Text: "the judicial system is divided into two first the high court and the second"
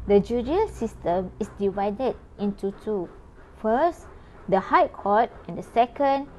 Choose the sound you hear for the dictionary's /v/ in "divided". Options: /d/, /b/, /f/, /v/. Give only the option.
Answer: /v/